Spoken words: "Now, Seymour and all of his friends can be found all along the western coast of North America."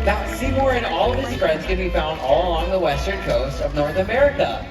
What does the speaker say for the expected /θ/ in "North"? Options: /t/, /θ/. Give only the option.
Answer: /θ/